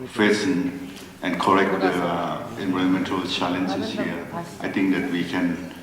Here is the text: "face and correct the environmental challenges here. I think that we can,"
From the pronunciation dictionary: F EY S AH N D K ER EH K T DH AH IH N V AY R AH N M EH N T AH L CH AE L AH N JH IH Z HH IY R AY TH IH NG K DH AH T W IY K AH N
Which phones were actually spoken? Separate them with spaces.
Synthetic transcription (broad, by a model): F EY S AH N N K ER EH K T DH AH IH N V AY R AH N M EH N T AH L CH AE L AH N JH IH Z HH IY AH AY T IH NG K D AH T W IY K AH N